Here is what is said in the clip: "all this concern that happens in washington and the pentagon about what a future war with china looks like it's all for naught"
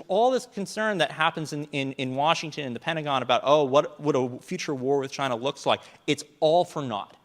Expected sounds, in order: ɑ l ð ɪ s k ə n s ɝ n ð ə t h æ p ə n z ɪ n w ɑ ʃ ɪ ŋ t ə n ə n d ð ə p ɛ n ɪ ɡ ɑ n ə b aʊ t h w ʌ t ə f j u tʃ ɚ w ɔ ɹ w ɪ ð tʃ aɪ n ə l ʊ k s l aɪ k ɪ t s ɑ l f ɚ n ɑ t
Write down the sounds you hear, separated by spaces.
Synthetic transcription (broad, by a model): ɑ l ð ɪ s k n s ɝ n ð ə t h æ p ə n z ɪ n w ɑ ʃ ɪ ŋ t ə n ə n ð ə p ɛ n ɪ ɡ ɑ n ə b aʊ t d w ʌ t ə f j u tʃ ɚ w ɔ ɹ w ɪ ð tʃ aɪ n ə l ʊ k s l aɪ k ɪ t s ɑ l f ɚ n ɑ t